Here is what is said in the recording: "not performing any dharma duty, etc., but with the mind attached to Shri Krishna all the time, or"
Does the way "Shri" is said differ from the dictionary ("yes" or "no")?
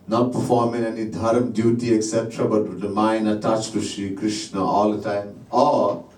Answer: no